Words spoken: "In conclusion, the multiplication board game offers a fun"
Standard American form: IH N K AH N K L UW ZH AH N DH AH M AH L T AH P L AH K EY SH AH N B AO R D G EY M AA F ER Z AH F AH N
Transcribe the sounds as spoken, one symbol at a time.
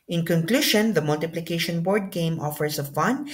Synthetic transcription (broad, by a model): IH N K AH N K L UW SH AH N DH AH M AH L T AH P L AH K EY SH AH N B AO R D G EY M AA F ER S AH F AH N